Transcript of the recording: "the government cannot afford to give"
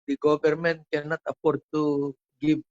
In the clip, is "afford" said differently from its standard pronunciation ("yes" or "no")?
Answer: yes